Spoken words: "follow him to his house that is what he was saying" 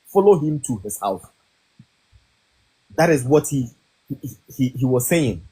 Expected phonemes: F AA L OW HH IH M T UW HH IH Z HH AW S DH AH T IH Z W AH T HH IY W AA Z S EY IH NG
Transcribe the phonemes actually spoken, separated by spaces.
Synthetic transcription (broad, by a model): F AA L OW HH IH M T UW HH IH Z HH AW TH DH AH T IH Z W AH T HH IY W AA Z S EY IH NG